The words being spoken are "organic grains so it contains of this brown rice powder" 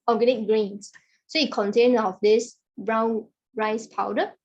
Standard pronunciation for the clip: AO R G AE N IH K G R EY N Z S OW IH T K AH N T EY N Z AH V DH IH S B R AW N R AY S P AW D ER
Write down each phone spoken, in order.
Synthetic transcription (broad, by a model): AO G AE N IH K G R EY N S S OW IH T K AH N T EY N AH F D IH S B R AW N R AY S P AW D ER